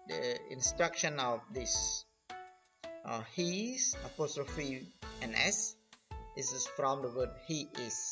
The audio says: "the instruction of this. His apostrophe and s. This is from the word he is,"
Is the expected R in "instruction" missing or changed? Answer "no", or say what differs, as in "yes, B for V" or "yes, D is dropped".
no